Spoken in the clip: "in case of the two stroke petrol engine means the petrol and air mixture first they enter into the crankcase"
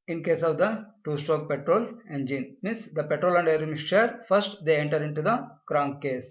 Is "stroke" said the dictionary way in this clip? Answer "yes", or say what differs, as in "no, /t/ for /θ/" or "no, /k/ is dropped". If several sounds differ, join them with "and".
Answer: no, /ɹ/ is dropped